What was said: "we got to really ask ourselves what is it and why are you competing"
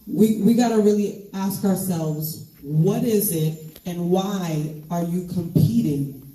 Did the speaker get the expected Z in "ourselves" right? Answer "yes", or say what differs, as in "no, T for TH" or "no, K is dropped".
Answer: yes